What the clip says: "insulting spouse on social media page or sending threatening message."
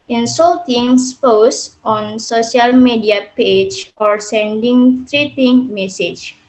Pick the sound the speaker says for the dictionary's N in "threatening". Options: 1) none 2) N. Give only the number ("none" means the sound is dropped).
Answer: 1